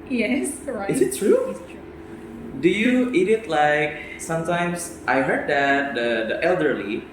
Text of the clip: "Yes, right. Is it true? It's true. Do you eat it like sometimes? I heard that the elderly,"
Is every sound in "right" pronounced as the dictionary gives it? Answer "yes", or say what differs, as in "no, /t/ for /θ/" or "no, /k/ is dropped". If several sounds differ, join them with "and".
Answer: no, /t/ is dropped